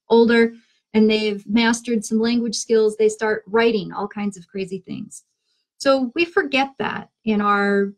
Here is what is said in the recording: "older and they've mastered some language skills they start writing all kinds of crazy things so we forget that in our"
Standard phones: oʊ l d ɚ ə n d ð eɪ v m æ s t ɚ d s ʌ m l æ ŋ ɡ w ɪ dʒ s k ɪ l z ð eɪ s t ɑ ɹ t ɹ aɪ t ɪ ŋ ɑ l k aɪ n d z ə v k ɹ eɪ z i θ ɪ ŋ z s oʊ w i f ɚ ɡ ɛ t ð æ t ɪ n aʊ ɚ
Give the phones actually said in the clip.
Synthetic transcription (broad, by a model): oʊ l d ɚ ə n ð eɪ v m æ s t ɚ d s ʌ m l æ ŋ ɡ w ɪ dʒ s k ɪ l z ð eɪ s t ɑ ɹ t ɹ aɪ t ɪ ŋ ɑ l k aɪ n d z ə v k ɹ eɪ z i θ ɪ ŋ z s oʊ w i f ɚ ɡ ɛ t ð æ t ɪ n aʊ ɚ